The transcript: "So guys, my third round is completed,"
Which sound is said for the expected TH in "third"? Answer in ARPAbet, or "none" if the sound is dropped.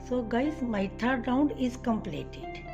T